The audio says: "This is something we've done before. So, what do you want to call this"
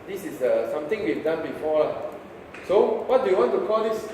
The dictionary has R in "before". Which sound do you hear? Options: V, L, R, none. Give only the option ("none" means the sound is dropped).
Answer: L